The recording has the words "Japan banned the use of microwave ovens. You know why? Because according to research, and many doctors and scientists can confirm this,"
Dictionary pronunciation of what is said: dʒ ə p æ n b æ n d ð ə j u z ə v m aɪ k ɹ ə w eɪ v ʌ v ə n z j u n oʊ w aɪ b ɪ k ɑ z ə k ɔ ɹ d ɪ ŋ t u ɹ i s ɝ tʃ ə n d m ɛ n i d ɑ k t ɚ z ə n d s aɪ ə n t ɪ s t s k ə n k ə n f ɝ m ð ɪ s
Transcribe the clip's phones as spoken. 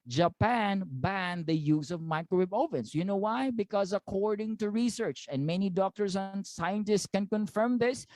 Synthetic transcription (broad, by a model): dʒ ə p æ n b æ n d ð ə j u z ə v m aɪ k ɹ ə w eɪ b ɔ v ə n s j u n oʊ w aɪ b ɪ k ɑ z ə k ɔ ɹ d ɪ ŋ t u ɹ i s ɝ tʃ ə n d m ɛ n i d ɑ k t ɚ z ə n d s aɪ ə n t ɪ s t s k ə n k ə n f ɝ m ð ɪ s